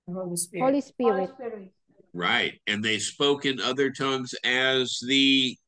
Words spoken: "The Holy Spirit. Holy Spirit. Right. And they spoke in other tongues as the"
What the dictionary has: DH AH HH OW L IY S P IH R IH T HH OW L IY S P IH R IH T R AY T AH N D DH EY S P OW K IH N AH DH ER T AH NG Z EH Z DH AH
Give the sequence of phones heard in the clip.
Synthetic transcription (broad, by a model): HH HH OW IY L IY S P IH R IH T R AY T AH N DH EY S P OW K IH N AH DH ER T AH NG Z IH Z DH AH